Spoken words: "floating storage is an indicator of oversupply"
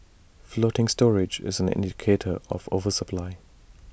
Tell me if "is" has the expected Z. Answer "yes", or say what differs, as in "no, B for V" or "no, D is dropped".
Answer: yes